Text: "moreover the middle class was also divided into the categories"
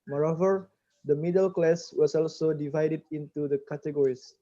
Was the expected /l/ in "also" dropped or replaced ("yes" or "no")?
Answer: no